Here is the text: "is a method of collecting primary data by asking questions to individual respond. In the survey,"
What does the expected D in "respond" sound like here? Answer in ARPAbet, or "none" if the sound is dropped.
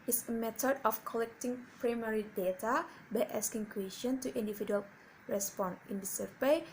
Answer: none